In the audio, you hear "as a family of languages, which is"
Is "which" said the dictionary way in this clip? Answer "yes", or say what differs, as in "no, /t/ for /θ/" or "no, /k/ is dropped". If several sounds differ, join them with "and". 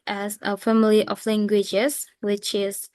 yes